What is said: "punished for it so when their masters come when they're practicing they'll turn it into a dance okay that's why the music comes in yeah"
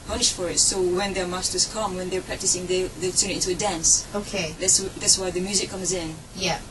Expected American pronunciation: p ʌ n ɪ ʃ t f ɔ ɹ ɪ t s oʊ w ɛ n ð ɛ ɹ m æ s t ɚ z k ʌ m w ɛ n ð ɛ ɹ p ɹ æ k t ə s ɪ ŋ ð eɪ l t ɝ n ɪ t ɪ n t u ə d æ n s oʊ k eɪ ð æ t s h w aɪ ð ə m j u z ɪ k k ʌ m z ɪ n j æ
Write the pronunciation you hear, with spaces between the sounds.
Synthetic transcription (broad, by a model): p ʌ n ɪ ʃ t f ɔ ɹ ɪ t s oʊ w ɛ n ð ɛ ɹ m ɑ s t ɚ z k ʌ m w ɛ n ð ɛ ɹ p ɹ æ k t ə s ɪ ŋ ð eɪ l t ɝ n ɪ t ɪ n t u ə d æ n s oʊ k eɪ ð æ t s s w aɪ ð ə m j u z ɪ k k ʌ m z ɪ n j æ